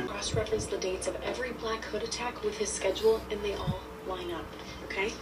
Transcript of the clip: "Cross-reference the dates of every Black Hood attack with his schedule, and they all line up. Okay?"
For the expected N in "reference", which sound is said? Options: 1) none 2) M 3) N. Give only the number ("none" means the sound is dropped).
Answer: 1